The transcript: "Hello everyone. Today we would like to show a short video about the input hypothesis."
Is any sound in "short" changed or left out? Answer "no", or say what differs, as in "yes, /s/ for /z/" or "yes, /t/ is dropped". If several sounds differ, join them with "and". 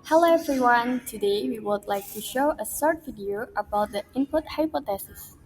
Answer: yes, /s/ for /ʃ/